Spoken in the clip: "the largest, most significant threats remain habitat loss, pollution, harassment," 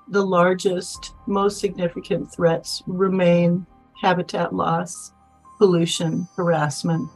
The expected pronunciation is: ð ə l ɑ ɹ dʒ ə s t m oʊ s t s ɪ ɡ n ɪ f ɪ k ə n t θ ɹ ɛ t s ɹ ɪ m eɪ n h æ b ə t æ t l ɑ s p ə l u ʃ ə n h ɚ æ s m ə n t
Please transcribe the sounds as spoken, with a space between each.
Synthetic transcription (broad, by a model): ð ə l ɑ ɹ dʒ ə s t m oʊ s t s ɪ ɡ n ɪ f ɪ k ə n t θ ɹ ɛ t s ɹ ɪ m eɪ n h æ b ə t æ t l ɑ s p ə l u ʃ ə n h ɚ æ s m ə n t